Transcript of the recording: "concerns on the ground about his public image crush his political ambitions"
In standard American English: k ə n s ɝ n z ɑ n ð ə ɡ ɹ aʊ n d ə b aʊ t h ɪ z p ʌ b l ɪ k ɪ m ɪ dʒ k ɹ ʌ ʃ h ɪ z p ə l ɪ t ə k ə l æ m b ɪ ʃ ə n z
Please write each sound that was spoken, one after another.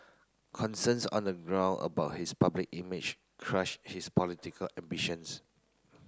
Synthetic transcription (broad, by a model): k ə n s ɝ n s ɑ n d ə ɡ ɹ aʊ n ə b aʊ t h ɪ s p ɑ b l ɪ k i m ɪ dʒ k ɹ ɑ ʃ h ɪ s p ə l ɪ t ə k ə l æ m b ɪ ʃ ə n s